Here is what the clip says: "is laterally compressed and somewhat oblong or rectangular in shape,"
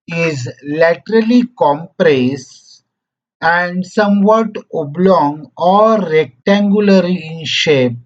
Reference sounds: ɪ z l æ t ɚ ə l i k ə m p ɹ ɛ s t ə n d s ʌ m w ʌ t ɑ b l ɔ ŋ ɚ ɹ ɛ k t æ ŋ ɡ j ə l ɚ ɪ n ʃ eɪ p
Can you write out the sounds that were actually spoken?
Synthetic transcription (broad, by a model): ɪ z l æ t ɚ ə l i k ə m p ɹ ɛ s ə n d s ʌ m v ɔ t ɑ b l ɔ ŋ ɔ ɹ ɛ k t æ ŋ ɡ j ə l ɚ ɪ n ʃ eɪ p